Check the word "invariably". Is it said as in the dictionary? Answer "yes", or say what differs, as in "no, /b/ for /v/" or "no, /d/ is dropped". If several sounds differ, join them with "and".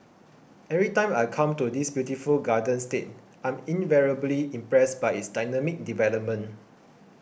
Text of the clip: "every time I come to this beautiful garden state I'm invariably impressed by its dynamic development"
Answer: yes